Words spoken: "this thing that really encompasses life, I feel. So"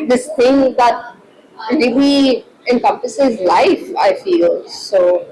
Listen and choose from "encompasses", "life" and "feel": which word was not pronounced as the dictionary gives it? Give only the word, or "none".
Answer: none